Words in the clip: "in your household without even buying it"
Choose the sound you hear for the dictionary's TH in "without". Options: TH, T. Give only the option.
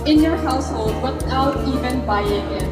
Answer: T